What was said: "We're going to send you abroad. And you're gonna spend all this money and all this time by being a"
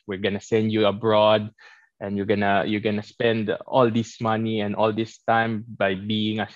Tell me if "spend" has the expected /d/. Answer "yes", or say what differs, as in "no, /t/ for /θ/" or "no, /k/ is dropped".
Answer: yes